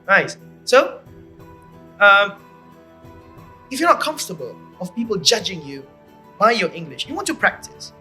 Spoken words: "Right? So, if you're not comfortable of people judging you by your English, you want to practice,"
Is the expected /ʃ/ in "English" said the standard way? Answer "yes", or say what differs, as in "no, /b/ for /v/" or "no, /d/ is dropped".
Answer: yes